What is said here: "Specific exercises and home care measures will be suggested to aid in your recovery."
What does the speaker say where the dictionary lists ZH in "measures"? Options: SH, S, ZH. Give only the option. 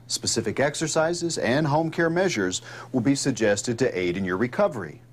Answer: ZH